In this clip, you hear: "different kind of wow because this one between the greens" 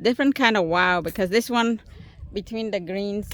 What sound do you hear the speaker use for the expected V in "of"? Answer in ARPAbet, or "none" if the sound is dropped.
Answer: V